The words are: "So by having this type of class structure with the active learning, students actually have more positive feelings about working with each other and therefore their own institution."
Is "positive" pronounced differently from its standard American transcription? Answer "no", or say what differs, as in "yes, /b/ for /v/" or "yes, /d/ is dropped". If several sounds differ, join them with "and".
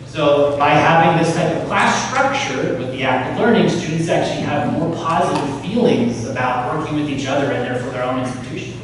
no